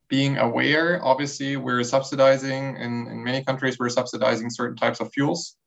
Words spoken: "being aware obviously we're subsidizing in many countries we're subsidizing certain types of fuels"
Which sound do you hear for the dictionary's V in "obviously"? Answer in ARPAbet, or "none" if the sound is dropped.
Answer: V